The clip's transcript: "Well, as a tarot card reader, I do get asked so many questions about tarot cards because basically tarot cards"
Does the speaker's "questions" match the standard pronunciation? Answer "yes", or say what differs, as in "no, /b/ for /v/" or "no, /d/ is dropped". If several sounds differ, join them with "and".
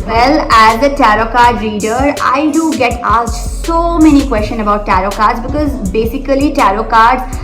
no, /z/ is dropped